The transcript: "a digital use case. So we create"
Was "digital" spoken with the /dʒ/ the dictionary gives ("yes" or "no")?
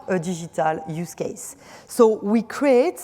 no